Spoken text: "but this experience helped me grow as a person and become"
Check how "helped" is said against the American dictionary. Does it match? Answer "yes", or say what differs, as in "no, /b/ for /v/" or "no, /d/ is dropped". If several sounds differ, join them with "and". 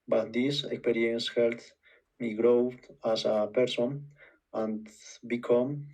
no, /p/ is dropped